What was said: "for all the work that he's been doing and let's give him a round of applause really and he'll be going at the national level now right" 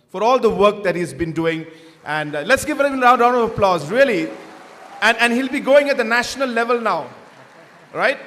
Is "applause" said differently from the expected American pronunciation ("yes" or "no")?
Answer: no